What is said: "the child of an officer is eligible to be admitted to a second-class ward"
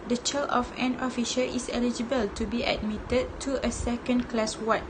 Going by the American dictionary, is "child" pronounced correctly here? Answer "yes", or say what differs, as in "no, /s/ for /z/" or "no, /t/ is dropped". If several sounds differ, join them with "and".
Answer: no, /d/ is dropped